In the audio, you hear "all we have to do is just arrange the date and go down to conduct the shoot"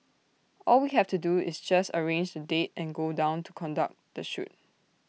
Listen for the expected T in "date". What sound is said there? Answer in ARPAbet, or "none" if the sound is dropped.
T